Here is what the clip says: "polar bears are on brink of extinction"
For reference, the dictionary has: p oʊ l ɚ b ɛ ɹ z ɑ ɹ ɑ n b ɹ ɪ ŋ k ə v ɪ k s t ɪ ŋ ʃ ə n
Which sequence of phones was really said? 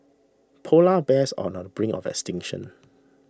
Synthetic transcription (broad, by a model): p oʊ l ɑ b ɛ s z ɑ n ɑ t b ɹ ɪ ŋ ə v ɪ k s t ɪ ŋ ʃ ə n